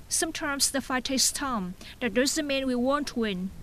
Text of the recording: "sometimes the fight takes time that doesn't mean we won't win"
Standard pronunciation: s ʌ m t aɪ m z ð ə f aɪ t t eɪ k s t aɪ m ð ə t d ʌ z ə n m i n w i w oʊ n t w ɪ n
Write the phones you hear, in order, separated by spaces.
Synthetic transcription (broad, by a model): s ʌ m t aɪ m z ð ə f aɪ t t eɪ s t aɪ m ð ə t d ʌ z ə m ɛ n w i w oʊ n t w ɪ n